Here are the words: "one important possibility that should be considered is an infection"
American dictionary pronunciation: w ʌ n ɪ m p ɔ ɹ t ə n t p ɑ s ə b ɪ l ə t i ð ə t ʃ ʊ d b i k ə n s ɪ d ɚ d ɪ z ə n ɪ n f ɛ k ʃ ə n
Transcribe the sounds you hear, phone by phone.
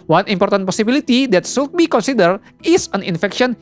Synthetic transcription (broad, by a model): w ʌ n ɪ m p ɔ ɹ t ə n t p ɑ s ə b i l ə t i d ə t s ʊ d b i k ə n s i d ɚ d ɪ s ə n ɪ n f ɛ k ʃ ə n